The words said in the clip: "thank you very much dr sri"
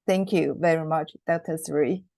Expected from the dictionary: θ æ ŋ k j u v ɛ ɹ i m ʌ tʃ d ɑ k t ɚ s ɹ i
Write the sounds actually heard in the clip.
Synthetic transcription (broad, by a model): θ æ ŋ k j u v ɛ ɹ i m ʌ tʃ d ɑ t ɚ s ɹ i